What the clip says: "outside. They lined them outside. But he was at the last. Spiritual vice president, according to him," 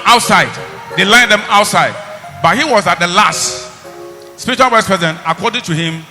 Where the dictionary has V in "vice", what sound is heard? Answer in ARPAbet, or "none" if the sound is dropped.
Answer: W